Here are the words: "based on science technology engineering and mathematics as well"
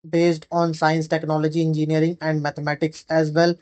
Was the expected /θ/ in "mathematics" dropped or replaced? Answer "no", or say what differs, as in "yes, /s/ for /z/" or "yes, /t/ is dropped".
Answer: yes, /t/ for /θ/